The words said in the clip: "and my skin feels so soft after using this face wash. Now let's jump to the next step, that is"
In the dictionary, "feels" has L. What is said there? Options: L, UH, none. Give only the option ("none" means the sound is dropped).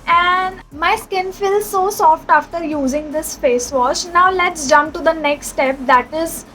L